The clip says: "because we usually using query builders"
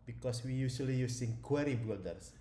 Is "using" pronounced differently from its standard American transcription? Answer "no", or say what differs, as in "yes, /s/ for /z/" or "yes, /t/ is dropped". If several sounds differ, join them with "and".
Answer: yes, /s/ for /z/